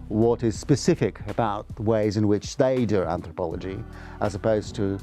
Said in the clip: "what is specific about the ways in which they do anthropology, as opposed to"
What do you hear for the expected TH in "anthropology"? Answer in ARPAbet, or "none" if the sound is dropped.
TH